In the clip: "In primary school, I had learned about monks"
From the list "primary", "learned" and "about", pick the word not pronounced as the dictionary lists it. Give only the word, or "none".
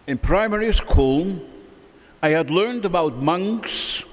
none